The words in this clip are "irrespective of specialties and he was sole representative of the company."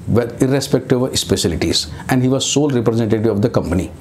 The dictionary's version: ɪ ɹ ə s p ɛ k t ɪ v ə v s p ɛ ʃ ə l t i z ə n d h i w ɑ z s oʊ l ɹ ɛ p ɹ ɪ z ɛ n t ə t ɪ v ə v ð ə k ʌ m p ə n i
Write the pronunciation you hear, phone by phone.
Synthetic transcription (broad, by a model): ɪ ɹ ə s p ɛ k t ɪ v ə s p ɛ s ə l t i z ə n d h i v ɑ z s oʊ l ɹ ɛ p ɹ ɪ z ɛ n t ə t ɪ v ə v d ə k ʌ m p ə n i